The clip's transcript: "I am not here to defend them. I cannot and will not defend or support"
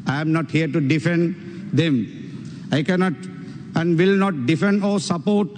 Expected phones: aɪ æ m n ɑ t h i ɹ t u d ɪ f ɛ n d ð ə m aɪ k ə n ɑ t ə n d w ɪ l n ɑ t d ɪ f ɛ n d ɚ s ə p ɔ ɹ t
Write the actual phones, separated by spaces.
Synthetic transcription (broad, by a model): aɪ m n ɑ t h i ɹ t u d ɪ f ɛ n d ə m aɪ k ə n ɑ t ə n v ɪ l n ɑ t d ɪ f ɛ n d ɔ s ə p ɔ ɹ t